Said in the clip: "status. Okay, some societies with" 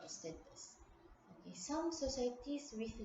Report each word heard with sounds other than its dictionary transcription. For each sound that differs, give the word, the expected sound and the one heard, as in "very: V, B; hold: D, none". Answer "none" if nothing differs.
societies: Z, S